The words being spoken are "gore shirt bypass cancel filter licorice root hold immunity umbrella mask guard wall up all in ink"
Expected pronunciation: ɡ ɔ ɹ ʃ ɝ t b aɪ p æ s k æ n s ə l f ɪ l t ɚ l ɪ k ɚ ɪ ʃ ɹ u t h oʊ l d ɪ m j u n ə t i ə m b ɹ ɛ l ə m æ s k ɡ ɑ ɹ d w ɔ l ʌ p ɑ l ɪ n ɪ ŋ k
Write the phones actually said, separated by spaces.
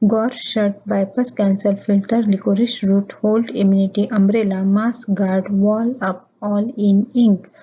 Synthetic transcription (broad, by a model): ɡ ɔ ɹ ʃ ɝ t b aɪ p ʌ s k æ n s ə l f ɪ l t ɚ l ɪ k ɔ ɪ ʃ ɹ u t h oʊ l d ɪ m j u n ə t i ə m b ɹ ɛ l ə m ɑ s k ɡ ɑ ɹ d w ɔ l ʌ p ɑ l ɪ n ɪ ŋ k